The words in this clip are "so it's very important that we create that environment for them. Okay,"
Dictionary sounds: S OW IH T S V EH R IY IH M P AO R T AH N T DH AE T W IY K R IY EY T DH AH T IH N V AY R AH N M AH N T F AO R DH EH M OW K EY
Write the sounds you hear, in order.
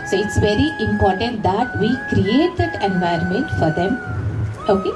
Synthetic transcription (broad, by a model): S OW IH T S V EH R IY IH M P AO R T AH N T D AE T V IY K R IY EY T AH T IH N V AY AH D M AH N T F AO R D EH M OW K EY